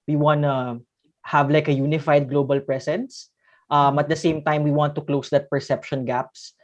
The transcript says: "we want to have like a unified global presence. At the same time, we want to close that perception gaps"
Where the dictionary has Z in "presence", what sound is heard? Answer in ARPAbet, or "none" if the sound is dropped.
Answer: S